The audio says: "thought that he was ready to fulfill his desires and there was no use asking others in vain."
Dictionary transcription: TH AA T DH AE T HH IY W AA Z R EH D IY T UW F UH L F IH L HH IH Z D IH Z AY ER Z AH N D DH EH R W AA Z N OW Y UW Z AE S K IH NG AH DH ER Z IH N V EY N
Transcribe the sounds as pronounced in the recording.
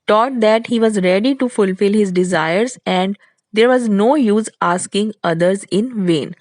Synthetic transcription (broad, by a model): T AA T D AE T HH IY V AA Z R EH D IY T UW F UH L F IH L HH IH Z D IH Z AY ER Z AH N D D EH R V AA Z N OW Y UW Z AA S K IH NG AH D ER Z IH N V EY N